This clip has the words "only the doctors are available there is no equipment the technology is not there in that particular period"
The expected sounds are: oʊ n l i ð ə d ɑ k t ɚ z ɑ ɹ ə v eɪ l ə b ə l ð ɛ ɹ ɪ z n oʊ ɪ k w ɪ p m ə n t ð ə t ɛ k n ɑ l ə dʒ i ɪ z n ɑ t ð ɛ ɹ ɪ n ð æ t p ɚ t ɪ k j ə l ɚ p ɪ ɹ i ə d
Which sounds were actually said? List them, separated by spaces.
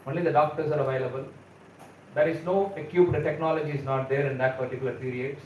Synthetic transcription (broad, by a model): oʊ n l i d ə d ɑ k t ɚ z ɑ ɹ ə v eɪ l ə b ə l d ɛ ɹ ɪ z n oʊ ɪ k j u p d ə t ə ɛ k n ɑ l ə dʒ i ɪ z n ɑ t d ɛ ɹ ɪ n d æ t p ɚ t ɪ k j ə l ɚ p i ɹ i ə d